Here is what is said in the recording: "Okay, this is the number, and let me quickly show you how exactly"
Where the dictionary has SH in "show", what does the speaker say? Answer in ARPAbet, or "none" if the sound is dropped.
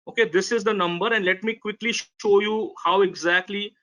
SH